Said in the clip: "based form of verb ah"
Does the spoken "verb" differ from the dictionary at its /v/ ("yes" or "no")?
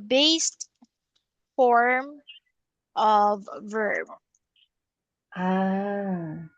no